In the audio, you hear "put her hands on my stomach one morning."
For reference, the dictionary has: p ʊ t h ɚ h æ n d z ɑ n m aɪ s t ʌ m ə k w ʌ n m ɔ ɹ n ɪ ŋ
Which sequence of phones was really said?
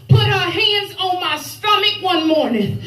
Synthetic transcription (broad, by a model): p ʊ t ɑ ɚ h æ n d z ɑ n m aɪ s t ʌ m ə k w ʌ n m ɔ ɹ n ɪ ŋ